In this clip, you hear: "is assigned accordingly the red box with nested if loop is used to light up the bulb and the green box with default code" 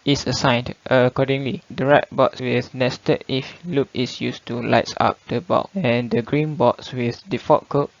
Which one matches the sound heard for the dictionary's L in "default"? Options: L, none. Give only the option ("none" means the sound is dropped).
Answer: none